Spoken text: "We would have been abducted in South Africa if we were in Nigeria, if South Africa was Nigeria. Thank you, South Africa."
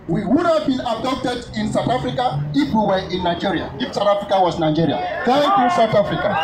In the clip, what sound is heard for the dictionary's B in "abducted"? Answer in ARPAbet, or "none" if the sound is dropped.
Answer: none